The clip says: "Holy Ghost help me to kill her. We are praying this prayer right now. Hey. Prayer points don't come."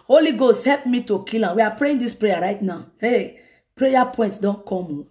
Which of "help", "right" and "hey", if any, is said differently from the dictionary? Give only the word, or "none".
none